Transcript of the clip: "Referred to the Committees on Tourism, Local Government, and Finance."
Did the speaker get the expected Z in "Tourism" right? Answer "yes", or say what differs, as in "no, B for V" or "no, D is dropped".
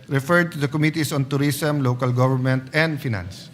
no, S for Z